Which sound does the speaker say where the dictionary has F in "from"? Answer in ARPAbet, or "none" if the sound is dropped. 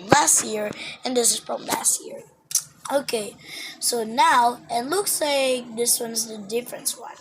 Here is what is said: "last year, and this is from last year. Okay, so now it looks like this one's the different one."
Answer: P